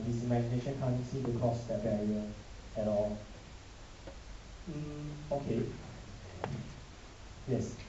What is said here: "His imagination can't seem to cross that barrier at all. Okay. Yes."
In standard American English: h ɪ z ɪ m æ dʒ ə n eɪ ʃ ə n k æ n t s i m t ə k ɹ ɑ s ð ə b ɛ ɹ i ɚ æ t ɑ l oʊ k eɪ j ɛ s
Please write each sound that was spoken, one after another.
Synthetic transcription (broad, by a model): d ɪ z ɪ m æ dʒ ə n eɪ ʃ ə n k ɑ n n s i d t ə k ɑ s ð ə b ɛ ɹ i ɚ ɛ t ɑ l oʊ k eɪ j ɛ s